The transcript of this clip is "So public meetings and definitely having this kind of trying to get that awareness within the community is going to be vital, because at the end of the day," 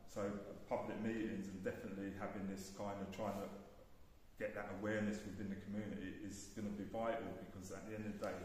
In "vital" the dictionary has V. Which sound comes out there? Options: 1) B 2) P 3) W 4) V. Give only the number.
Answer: 4